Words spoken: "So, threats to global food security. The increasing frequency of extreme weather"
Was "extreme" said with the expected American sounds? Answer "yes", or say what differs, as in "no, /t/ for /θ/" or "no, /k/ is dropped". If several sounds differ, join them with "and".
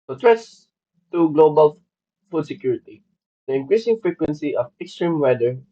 yes